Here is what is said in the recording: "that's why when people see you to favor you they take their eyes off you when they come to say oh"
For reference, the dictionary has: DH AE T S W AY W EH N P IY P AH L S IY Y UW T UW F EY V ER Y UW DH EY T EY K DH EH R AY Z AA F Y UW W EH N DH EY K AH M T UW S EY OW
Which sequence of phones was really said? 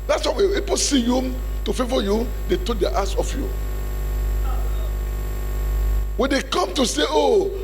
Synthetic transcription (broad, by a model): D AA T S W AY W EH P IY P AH S IY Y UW T UW F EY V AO Y UW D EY T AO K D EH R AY S AA F Y UW W EH N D EY K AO M T UW S EY OW